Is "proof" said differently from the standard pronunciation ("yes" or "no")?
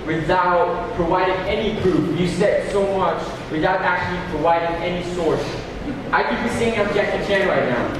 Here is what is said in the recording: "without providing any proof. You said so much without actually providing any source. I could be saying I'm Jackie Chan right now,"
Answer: yes